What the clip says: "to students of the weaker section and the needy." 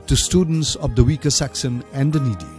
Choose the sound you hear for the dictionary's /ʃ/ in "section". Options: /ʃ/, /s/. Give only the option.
/s/